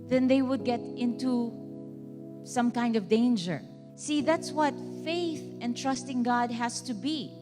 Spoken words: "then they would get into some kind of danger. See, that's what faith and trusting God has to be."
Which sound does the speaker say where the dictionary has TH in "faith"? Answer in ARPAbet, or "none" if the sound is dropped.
TH